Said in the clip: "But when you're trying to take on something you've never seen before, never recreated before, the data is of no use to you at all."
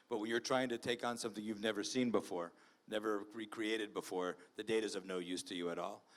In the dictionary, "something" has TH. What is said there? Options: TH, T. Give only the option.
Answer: TH